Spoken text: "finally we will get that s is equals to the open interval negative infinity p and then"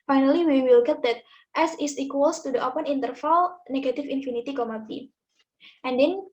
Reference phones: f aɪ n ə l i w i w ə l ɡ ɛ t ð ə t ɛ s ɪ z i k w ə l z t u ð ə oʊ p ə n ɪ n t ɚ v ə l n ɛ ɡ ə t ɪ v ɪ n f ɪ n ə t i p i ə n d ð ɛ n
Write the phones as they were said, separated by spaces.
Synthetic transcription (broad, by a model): f aɪ n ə l i w i w ə l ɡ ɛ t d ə t ɛ s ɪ s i k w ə l s t u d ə oʊ p ə n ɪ n t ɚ f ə l n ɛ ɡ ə t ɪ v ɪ n f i n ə t i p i ə n d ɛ n